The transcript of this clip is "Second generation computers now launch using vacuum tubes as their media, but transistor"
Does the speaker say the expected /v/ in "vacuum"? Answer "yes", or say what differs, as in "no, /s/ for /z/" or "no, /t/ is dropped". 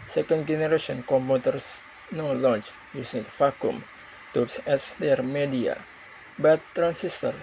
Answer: no, /f/ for /v/